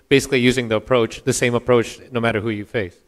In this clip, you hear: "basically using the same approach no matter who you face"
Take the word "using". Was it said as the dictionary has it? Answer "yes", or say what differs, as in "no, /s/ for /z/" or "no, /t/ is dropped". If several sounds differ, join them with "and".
yes